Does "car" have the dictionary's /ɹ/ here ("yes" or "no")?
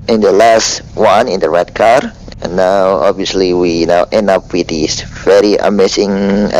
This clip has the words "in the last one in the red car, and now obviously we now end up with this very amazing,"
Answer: yes